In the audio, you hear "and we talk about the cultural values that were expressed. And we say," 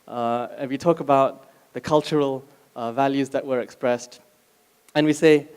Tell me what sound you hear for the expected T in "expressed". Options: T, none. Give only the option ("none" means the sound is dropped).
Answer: T